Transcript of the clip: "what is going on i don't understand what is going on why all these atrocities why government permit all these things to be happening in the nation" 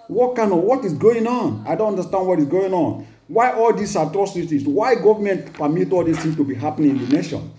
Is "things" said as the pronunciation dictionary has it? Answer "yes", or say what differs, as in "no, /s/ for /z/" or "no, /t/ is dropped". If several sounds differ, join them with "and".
no, /z/ is dropped